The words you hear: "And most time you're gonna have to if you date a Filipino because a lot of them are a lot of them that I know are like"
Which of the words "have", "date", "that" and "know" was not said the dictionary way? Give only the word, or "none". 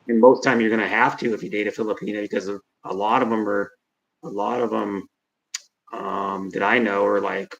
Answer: have